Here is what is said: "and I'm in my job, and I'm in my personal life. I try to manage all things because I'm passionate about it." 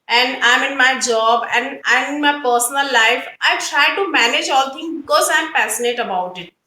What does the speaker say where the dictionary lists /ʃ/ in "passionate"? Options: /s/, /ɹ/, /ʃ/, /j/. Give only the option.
/s/